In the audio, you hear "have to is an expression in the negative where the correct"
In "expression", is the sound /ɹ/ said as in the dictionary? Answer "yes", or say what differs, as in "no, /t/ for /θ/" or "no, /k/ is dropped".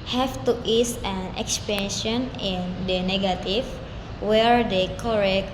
no, /ɹ/ is dropped